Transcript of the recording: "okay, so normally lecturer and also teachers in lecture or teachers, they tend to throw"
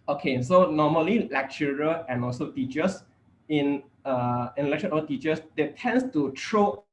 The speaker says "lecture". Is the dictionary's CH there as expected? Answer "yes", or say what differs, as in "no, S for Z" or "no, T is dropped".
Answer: no, SH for CH